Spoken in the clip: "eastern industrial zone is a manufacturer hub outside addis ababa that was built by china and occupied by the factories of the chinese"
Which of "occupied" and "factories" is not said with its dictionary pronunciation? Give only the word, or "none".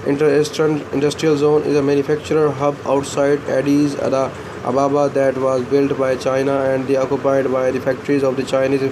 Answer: none